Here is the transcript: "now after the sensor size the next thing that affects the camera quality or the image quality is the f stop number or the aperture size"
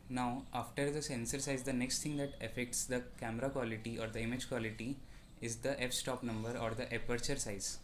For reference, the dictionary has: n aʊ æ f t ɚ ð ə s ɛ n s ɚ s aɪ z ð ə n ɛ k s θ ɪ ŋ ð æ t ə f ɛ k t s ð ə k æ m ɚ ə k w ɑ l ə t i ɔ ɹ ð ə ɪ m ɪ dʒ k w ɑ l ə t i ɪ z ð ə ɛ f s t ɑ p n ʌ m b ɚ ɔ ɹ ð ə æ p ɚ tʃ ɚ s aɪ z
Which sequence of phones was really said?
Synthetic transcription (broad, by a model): n aʊ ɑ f t ɚ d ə s ɛ n s ɚ s aɪ z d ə n ɛ k s t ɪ ŋ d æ t ə f ɛ k t s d ə k æ m ɚ ə k w ɑ l ə t i ɔ ɹ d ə ɪ m ɪ dʒ k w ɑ l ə t i ɪ z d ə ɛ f s t ɑ p n ʌ m b ɚ ɔ ɹ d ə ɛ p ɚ tʃ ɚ s aɪ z